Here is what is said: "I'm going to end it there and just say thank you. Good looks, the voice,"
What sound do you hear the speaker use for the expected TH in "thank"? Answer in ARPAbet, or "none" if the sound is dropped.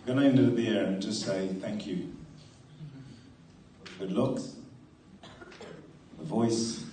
TH